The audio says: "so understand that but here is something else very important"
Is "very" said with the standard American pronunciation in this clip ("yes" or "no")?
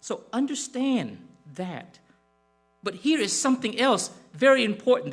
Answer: yes